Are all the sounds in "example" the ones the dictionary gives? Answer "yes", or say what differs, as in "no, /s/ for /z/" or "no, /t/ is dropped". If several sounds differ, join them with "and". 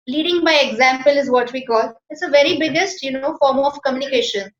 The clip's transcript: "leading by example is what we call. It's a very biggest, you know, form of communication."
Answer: yes